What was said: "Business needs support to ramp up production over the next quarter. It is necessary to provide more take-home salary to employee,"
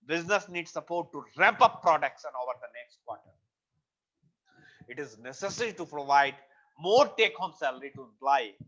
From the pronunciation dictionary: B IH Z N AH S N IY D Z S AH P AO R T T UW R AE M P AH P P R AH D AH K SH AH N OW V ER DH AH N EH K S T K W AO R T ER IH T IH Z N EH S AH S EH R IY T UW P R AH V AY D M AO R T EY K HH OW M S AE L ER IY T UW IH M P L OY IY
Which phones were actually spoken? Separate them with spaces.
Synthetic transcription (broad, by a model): B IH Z N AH S N IY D S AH P AO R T T UW R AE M P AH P P R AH D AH K S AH N OW V ER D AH N EH K S T K W AO R T ER IH T IH Z N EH S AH S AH R IY T UW P R AH V AY D M AO R T EY K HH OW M S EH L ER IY T UW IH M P L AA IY